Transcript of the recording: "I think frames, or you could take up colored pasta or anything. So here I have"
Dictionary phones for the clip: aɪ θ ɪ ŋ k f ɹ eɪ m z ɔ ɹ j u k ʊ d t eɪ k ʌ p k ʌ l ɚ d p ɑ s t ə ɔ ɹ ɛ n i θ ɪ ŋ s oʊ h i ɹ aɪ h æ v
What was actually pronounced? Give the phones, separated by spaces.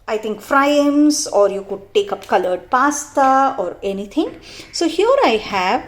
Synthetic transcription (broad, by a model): aɪ t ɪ ŋ k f ɹ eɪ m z ɔ ɹ j u k ʊ d t eɪ k ʌ p k ʌ l ɚ d p ɑ s t ə ɔ ɹ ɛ n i t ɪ ŋ s oʊ h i ɹ aɪ h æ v